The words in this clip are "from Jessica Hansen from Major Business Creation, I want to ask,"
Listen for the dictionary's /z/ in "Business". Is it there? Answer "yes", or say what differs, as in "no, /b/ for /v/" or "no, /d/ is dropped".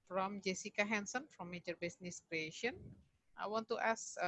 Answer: no, /s/ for /z/